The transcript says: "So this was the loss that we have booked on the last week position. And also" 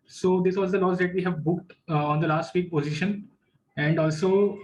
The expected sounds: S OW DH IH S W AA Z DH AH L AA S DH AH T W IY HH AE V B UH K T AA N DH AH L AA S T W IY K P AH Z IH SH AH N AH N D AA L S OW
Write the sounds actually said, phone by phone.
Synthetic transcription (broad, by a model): S OW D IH S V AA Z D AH L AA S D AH T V IY HH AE V B UH K T AA N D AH L AA S T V IY K P AH Z IH SH AH N AH N D AA L S OW